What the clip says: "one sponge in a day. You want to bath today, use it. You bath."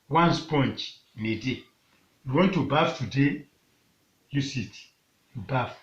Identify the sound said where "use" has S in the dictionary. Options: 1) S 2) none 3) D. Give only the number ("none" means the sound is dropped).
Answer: 1